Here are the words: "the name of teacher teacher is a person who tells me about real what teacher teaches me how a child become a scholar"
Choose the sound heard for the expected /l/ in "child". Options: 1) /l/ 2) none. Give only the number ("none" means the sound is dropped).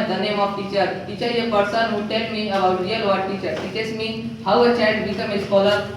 2